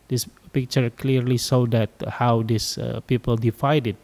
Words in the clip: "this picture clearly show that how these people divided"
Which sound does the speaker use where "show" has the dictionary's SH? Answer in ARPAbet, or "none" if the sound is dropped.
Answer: S